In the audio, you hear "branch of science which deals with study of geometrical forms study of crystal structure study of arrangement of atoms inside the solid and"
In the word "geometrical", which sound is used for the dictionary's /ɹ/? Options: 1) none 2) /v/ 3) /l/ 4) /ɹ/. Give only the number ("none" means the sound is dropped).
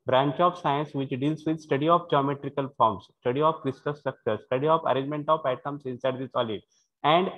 4